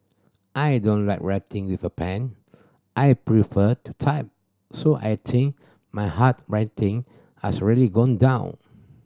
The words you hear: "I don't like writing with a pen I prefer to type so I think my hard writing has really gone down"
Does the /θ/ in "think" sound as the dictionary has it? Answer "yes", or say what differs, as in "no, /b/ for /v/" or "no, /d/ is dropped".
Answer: no, /t/ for /θ/